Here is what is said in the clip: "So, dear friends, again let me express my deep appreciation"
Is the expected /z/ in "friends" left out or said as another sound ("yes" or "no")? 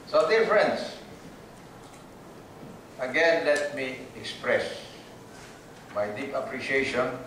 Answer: yes